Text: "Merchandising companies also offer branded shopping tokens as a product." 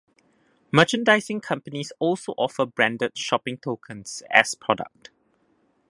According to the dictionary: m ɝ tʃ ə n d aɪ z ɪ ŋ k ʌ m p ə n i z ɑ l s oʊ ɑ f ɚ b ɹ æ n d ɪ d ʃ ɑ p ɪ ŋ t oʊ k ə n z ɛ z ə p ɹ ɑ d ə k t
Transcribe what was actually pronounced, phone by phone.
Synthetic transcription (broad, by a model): m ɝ tʃ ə n d aɪ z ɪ ŋ k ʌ m p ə n i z ɑ l s oʊ ɑ f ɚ b ɹ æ n d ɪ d ʃ ɑ p ɪ ŋ t oʊ k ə n s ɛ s p ɹ ɑ d ə k t